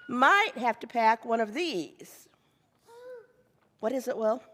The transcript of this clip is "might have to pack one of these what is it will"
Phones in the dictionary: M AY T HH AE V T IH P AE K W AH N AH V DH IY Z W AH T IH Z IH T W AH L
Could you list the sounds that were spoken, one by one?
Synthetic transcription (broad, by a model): M AY T HH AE F T IH P AE K W AH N AH V DH IY Z W AH T IH Z IH T W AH L